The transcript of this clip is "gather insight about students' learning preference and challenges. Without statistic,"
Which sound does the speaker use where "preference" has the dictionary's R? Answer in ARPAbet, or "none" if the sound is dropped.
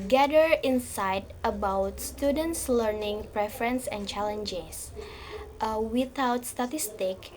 R